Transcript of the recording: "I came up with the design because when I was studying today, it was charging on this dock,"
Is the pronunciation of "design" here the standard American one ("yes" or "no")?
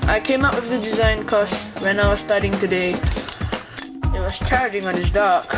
yes